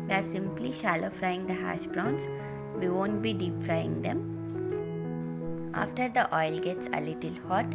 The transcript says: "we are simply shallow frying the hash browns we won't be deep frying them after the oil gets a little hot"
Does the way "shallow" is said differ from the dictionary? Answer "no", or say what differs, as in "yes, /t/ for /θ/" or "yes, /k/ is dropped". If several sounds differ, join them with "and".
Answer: no